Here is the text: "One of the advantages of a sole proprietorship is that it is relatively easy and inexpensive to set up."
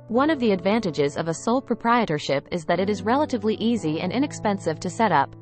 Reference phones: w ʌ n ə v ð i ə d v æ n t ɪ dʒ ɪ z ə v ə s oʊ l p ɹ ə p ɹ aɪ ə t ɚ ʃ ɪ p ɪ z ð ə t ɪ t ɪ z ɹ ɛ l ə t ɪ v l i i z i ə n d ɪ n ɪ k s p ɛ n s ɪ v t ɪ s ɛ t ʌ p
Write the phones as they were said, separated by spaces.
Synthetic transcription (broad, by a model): w ʌ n ə v ð i ə d v æ n t ɪ dʒ ɪ z ə v ə s oʊ l p ɹ ə p ɹ aɪ ə t ɚ ʃ ɪ p ɪ z ð ə t ɪ t ɪ z ɹ ɛ l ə t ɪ v l i i z i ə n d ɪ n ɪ k s p ɛ n s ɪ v t ɪ s ɛ t ʌ p